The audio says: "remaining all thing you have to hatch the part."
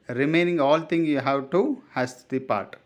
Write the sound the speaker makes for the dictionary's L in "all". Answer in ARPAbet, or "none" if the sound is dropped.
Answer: L